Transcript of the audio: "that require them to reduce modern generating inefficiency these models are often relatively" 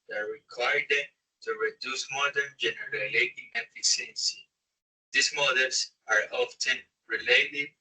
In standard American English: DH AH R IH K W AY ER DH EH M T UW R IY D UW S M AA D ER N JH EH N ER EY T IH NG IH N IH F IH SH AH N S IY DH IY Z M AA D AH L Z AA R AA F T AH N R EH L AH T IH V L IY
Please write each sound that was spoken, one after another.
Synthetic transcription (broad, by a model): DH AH R IH K W AY ER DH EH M T UW R IY D UW S M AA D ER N JH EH N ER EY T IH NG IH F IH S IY AH N S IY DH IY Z M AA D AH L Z AA R AA F T AH N R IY L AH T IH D